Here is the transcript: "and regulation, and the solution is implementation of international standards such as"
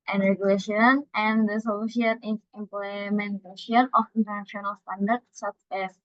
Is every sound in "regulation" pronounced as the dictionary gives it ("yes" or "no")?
yes